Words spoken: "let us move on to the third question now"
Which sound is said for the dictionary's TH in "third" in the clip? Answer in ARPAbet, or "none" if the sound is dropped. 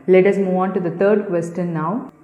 T